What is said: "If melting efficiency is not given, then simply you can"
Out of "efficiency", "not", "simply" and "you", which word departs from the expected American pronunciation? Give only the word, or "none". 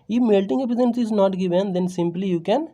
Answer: efficiency